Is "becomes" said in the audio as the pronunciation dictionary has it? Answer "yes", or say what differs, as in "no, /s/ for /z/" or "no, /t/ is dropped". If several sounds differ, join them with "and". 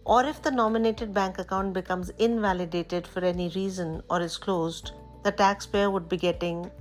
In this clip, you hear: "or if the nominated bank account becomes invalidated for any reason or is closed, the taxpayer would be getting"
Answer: yes